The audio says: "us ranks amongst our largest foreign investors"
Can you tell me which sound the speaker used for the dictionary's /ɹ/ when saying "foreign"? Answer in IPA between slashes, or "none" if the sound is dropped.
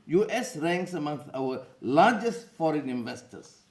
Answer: /ɹ/